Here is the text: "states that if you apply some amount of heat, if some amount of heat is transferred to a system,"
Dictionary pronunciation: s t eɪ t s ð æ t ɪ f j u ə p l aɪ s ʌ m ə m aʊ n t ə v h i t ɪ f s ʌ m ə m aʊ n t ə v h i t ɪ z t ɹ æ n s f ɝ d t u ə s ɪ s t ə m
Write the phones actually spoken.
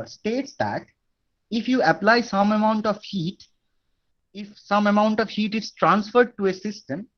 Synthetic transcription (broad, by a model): s t eɪ t s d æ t ɪ f j u ə p l aɪ s ʌ m ə m aʊ n t ə v h i t ɪ f s ʌ m ə m aʊ n t ə v h i t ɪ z t ɹ æ n s f ɝ d t u ə s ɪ s t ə m